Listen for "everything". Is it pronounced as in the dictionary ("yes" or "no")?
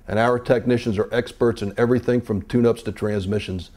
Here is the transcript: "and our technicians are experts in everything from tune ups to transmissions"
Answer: yes